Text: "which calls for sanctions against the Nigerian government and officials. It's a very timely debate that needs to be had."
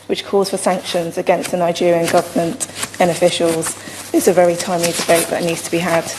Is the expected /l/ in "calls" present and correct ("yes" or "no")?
no